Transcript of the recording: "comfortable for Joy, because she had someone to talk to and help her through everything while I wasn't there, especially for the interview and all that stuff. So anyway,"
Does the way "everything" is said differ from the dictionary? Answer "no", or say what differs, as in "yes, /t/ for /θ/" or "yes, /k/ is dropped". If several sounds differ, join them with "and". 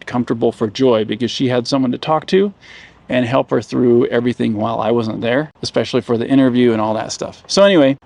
no